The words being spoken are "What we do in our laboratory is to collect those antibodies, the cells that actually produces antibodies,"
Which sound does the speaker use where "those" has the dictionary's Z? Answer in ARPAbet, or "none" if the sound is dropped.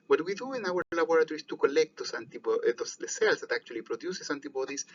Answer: S